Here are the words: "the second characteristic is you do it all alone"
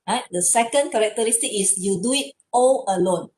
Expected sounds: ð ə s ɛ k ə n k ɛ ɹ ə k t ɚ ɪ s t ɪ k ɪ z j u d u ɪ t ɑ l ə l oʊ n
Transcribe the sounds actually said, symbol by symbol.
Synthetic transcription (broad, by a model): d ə s ɛ k ə n k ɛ ɹ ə k t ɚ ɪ s t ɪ k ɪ s j u d u ɪ t ɑ l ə l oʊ n